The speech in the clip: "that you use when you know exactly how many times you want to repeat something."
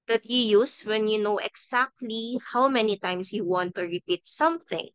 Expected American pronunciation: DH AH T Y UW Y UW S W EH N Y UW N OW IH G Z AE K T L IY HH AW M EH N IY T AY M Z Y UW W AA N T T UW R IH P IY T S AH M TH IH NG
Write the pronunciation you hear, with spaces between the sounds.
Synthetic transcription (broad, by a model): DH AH T Y UW Y UW S W EH N Y UW N OW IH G S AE K T L IY HH AW M EH N IY T AY M S Y UW W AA N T T UW R IH P IY T S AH M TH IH NG